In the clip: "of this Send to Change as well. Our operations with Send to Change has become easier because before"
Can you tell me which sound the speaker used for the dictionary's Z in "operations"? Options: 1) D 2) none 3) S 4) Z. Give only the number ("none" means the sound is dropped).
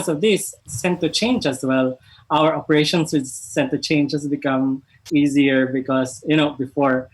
3